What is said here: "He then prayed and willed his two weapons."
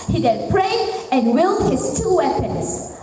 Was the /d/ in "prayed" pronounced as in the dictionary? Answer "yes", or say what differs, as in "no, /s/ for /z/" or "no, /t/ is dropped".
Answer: no, /d/ is dropped